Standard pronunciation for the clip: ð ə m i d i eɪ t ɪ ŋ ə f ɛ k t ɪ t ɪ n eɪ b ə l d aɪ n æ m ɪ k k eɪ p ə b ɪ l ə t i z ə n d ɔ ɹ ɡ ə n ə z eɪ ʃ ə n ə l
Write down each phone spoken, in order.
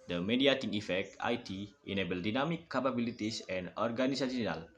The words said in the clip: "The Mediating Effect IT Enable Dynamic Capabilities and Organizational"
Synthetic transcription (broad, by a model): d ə m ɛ d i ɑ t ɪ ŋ ə f ɛ k t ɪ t ɪ n eɪ b ə l d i n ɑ m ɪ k k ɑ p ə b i l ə t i s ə n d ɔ ɹ ɡ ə n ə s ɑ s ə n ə l